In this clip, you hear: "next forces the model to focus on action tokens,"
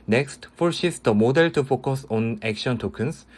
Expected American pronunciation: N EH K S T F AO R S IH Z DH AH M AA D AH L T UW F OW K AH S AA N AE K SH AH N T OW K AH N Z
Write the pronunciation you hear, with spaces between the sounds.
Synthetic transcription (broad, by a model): N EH K S T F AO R SH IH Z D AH M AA D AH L T UW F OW K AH S AA N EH K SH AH N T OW K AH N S